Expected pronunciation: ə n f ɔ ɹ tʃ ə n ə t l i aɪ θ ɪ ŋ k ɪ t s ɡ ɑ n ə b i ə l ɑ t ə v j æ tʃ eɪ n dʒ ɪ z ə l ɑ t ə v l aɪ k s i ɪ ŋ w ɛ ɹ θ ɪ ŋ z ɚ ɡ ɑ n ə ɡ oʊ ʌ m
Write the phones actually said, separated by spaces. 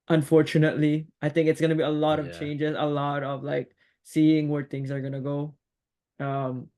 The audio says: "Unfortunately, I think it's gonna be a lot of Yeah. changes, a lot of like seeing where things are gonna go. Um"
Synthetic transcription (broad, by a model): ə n f ɔ ɹ tʃ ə n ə t l i aɪ θ ɪ ŋ k ɪ t s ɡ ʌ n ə b i ə l ɑ t ə v tʃ eɪ n dʒ ɪ z ə l ɑ t ə v l aɪ k s i ɪ ŋ w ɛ ɹ θ ɪ ŋ z ɚ ɡ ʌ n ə ɡ oʊ ʌ m